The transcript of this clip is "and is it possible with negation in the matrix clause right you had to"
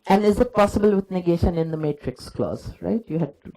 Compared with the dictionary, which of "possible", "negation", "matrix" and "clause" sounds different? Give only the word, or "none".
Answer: none